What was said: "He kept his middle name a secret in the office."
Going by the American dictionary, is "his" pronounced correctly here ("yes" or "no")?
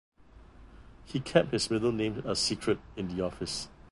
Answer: no